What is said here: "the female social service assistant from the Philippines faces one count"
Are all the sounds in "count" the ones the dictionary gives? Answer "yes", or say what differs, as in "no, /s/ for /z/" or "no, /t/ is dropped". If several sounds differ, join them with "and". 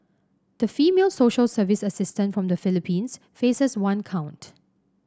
yes